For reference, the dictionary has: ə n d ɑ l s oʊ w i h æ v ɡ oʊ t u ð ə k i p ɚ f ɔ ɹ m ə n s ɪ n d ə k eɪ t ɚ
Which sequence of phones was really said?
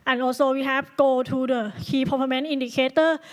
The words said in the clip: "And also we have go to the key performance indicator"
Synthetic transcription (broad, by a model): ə n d ɑ l s oʊ w i h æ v ɡ oʊ t u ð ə k i p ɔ p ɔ m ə n i n d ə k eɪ t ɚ